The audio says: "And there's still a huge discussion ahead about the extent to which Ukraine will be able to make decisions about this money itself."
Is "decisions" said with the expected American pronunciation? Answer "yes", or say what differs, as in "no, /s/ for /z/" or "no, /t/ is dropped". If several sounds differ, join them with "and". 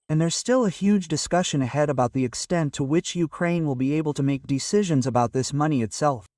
yes